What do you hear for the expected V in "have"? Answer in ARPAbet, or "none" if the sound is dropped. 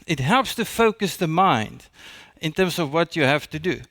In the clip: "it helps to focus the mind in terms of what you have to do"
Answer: F